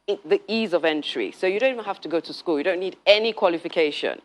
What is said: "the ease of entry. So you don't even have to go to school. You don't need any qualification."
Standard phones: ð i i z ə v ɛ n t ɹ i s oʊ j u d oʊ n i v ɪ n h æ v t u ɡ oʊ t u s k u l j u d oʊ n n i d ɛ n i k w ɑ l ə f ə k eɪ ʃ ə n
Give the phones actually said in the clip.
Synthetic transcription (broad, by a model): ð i i z ə v ɛ n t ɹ i s oʊ j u d oʊ n i v ɪ n h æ f t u ɡ oʊ t u s k u l j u d oʊ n n i d ɛ n i k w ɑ l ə f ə k eɪ ʃ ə n